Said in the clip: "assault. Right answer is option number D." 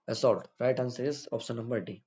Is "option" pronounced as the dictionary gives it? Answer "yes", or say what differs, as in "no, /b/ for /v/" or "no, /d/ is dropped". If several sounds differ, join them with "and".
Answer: no, /s/ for /ʃ/